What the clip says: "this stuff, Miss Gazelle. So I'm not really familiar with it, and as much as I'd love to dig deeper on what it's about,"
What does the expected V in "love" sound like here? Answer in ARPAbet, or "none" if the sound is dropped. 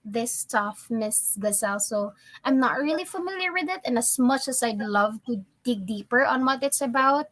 V